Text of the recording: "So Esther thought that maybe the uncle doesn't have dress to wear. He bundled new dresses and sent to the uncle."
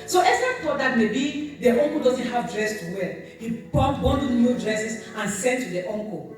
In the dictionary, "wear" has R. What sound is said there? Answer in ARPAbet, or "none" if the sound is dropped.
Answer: L